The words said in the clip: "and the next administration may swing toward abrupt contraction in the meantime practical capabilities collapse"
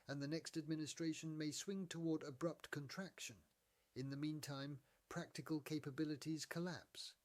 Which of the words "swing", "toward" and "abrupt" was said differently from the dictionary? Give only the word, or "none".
none